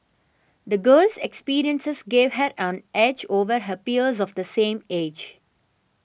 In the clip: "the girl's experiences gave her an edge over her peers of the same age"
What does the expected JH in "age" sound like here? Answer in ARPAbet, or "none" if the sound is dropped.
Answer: JH